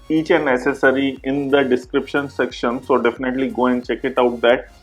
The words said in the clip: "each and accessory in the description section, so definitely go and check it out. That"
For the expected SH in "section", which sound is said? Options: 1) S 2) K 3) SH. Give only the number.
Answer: 3